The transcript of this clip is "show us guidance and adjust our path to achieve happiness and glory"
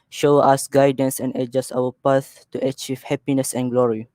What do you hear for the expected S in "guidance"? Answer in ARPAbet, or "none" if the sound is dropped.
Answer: S